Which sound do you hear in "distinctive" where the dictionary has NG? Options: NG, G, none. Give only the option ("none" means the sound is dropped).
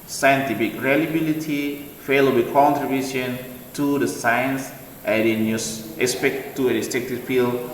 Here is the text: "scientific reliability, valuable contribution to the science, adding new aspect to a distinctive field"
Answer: none